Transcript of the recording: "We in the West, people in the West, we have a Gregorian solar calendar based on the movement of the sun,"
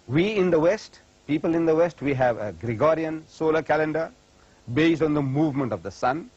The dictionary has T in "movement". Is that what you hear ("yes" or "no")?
yes